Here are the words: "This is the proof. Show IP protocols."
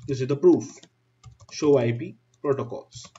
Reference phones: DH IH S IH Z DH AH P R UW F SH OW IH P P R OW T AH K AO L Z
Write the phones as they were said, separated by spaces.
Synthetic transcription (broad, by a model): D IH S IH Z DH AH P R UW F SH OW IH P P R OW T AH K AO L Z